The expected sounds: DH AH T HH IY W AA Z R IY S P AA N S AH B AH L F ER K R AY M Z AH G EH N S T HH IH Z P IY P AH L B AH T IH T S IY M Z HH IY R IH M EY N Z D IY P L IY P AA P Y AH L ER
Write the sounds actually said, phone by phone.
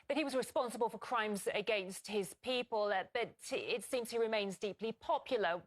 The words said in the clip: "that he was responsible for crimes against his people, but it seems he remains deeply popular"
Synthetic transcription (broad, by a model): DH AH T HH IY W AA Z R IY S P AA N S AH B AH L F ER K R AY M Z AH G EH N S T HH IH Z P IY P AH L B AH T IH T S IY M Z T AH R IH M EY N Z D IY P L IY P AA P Y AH L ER